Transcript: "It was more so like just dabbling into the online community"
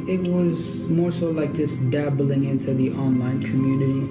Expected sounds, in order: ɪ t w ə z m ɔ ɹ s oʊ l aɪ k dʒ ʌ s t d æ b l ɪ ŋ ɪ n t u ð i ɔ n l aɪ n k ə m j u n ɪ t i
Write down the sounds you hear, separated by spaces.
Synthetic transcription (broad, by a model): ɪ t w ə z m ɔ ɹ s oʊ l aɪ k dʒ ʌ s d æ b l ɪ ŋ ɪ n t u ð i ɔ n l aɪ n k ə m j u n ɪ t i